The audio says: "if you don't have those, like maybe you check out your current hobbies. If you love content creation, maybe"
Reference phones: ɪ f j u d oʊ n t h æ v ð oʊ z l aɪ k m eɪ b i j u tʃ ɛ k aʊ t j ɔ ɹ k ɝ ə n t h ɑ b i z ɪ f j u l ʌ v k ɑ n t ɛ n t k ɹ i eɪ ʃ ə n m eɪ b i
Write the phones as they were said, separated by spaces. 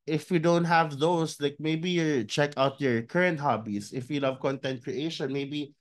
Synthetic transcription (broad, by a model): ɪ f j u d oʊ n t h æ v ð oʊ s l aɪ k m eɪ b i j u tʃ ɛ k aʊ t j ɔ ɹ k ɝ ə n t h ɑ b i s ɪ f j u l ʌ v k ɑ n t ɛ n t k ɹ i eɪ ʃ ə n m eɪ b i